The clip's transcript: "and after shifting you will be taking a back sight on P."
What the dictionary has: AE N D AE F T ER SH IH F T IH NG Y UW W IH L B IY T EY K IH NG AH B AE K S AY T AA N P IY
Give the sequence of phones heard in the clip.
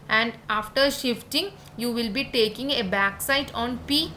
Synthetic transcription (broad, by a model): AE N D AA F T ER SH IH F T IH NG Y UW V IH L B IY T EY K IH NG AH B AE K S AY T AA N P IY